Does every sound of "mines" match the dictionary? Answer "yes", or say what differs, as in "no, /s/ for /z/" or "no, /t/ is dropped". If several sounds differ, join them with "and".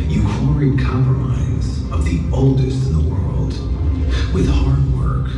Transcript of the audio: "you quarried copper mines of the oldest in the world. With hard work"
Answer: no, /n/ is dropped